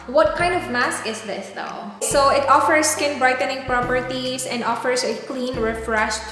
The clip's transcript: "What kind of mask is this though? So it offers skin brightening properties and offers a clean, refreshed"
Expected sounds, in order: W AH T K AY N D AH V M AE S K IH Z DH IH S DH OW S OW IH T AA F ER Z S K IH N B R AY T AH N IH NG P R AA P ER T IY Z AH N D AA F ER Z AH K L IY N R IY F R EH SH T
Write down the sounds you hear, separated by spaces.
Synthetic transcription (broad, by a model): W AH T K AY N D AH V M AE S K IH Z DH IH S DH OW S OW IH T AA F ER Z S K IH N B R AY T AH N IH NG P R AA P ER T IY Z AH N D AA F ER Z AH K L IY N R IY F R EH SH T